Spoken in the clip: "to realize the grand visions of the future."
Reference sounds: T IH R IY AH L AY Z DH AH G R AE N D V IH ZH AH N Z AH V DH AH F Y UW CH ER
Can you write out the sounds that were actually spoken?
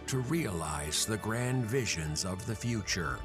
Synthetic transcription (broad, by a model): T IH R IY AH L AY Z DH AH G R AE N D V IH ZH AH N Z AH V DH AH F Y UW CH ER